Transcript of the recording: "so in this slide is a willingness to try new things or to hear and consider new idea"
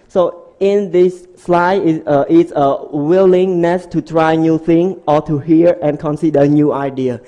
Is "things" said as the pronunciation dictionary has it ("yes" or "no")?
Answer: no